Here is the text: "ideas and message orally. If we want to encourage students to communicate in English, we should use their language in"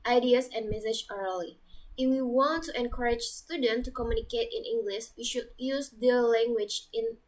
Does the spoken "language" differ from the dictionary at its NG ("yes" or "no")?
no